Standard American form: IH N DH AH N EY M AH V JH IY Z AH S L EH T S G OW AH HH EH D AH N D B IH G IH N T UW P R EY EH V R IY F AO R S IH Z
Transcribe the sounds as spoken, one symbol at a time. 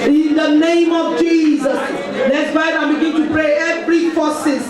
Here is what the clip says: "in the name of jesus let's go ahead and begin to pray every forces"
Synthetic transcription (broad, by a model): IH N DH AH N EY M AH V JH IY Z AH S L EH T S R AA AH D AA AH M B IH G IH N T UW P R EY EH V R IY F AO S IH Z